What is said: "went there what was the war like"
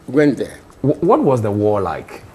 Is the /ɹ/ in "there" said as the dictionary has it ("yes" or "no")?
no